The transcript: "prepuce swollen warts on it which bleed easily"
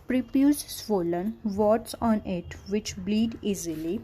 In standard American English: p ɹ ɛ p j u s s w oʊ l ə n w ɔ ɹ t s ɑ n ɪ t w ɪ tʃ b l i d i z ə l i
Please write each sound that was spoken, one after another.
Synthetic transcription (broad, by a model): p ɹ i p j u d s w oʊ l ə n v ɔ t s ɑ n ɪ t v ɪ tʃ b l i d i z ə l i